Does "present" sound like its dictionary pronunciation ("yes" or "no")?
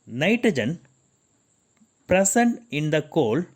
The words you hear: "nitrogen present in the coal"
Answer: no